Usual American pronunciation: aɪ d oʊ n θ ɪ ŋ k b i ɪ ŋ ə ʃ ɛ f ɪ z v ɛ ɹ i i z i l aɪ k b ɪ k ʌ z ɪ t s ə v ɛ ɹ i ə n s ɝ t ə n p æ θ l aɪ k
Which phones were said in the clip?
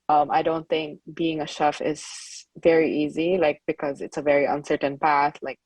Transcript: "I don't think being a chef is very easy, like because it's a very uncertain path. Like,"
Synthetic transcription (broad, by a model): aɪ d oʊ n θ ɪ ŋ k b i ɪ ŋ ə ʃ ɛ f ɪ z v ɛ ɹ i i z i l aɪ k b ɪ k ʌ z ɪ t s ə v ɛ ɹ i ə n s ɝ t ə n p æ θ l aɪ k